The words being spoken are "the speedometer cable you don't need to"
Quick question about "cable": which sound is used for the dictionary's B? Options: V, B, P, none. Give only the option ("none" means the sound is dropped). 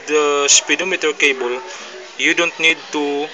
B